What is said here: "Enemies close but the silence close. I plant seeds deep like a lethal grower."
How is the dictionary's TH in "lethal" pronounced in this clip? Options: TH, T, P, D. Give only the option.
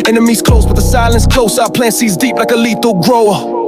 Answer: T